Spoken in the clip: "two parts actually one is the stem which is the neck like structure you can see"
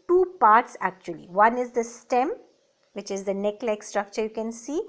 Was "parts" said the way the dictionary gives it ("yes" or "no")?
yes